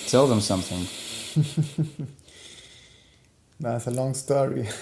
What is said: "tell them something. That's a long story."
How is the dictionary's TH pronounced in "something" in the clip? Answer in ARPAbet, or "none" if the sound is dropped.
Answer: TH